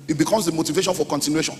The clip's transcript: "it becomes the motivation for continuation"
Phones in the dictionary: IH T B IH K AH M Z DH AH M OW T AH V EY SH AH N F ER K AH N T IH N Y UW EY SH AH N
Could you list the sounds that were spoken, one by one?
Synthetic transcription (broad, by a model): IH T B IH K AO M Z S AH M OW T AH V EY SH AH N F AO K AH N T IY N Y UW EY SH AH N